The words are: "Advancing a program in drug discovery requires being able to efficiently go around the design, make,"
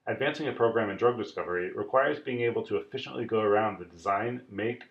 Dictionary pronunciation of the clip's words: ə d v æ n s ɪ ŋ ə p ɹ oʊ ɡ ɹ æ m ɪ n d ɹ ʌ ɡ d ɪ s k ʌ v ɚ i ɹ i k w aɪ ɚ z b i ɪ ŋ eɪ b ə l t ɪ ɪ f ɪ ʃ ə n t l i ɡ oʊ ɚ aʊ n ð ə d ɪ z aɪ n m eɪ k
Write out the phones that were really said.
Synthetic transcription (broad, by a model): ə d v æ n s ɪ ŋ ə p ɹ oʊ ɡ ɹ æ m ɪ n d ɹ ʌ ɡ d ɪ s k ʌ v ɚ i ɹ i k w aɪ ɚ z b i ɪ ŋ eɪ b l t ɪ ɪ f ɪ ʃ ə n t l i ɡ oʊ ɚ aʊ n ð ə d ɪ z aɪ n m eɪ k